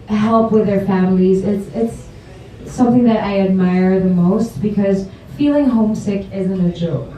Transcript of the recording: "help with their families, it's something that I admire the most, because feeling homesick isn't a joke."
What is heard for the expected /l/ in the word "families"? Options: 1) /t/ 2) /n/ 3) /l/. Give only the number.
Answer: 3